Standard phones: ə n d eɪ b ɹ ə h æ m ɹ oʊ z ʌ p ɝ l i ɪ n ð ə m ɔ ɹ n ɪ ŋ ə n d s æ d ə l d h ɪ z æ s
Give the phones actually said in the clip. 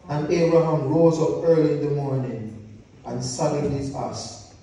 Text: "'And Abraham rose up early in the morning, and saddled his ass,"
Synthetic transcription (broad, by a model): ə n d eɪ b ɹ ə h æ m ɹ oʊ z ʌ p ɝ l i ɪ n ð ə m ɔ ɹ n ɪ ŋ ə n s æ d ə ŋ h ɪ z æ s